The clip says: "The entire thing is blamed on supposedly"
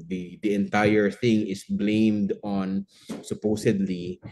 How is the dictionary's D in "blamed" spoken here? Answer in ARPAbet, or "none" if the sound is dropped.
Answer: D